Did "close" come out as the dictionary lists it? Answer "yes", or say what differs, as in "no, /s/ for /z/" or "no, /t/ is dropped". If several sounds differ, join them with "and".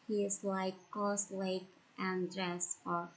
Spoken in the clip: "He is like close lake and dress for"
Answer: no, /l/ is dropped